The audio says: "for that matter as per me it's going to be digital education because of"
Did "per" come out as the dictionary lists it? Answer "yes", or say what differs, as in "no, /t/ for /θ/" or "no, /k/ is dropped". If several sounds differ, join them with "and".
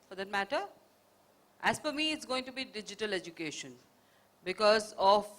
no, /f/ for /p/